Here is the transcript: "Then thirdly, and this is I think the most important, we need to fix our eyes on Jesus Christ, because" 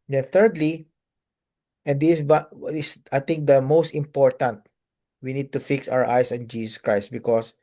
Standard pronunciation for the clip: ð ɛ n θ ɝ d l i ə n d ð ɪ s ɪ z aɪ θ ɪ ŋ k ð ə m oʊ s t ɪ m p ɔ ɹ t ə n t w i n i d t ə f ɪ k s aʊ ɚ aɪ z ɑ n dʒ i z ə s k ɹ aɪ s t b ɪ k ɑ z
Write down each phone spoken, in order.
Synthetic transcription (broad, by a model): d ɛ n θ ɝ d l i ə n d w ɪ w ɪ s aɪ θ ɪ ŋ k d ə m oʊ s t ɪ m p ɔ ɹ t ə n t w i n i d t ə f ɪ k s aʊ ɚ aɪ s ɑ n dʒ i s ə s k ɹ aɪ s t b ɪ k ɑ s